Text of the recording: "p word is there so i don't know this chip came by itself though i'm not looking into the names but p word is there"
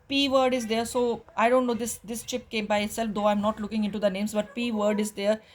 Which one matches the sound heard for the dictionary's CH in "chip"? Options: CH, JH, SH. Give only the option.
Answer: CH